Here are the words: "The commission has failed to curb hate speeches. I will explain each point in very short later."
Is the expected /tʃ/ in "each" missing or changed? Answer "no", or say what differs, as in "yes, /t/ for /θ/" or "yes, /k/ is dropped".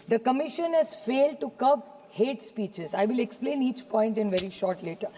no